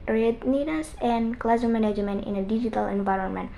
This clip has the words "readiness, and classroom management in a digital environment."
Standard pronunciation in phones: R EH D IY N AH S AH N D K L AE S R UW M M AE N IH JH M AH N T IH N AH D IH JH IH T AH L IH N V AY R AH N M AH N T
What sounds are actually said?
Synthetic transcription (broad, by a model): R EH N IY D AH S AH N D K L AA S UW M M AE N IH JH M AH N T IH N AH D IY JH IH T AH L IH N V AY R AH N M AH N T